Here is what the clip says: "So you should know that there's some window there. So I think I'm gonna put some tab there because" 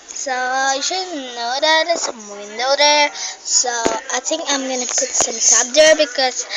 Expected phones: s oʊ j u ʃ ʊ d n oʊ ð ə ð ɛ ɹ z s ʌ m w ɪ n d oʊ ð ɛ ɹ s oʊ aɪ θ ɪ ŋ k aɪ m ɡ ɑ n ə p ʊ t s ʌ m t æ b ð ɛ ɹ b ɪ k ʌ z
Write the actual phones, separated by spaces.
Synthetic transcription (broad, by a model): s oʊ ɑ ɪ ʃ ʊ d n oʊ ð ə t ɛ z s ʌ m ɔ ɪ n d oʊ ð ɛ ɹ s oʊ aɪ θ ɪ ŋ k aɪ m ɡ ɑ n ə p ʊ t s ʌ m s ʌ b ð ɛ ɹ b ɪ k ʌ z